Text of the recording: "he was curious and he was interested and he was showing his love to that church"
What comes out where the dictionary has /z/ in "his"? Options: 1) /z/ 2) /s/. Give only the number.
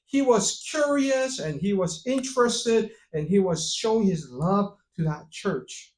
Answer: 1